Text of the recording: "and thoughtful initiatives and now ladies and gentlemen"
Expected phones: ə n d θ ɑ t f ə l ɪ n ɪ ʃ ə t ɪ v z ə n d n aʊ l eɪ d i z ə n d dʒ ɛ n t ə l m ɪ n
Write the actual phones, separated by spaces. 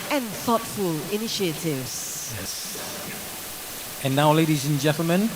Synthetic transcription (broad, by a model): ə n θ ɑ t f ə l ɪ n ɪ ʃ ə t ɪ v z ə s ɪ n aʊ l eɪ d i z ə n dʒ ɛ n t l m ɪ n